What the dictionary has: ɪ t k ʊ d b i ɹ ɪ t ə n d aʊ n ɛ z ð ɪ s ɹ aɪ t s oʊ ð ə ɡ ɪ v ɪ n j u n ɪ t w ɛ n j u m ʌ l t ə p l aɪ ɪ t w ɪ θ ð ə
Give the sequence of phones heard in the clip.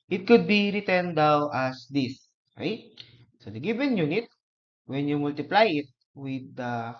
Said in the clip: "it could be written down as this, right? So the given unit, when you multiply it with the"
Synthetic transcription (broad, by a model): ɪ t k ʊ d b i ɹ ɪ t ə n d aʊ ɑ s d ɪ s ɹ aɪ t s oʊ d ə ɡ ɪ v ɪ n j u n ɪ t w ɛ n j u m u l t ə p l aɪ ɪ t w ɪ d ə